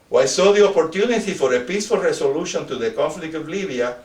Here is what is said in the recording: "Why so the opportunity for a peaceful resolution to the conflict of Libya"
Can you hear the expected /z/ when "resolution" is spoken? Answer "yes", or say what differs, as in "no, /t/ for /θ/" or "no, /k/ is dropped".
no, /s/ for /z/